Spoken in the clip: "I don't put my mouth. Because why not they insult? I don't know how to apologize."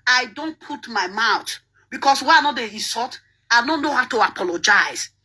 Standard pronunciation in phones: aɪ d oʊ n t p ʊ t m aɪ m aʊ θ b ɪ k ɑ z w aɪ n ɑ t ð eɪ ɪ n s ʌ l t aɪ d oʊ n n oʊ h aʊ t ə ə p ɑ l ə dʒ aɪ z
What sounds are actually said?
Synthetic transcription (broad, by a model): aɪ d oʊ n t p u t m aɪ m aʊ t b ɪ k ɑ s w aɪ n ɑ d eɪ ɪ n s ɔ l t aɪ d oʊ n n oʊ h aʊ t ə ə p ɑ l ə dʒ aɪ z